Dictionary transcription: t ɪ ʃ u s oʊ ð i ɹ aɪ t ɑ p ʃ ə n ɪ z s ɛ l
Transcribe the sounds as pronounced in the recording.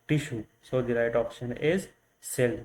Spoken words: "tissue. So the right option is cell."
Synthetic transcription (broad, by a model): t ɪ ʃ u s oʊ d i ɹ aɪ t ɑ p ʃ ə n ɪ z s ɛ l